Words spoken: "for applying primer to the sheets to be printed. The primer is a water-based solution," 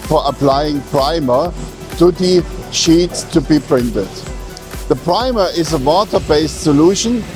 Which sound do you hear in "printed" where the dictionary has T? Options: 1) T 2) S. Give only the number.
1